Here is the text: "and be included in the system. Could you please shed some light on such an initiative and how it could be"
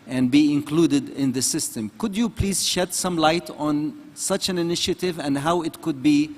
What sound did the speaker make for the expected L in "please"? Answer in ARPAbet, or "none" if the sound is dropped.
L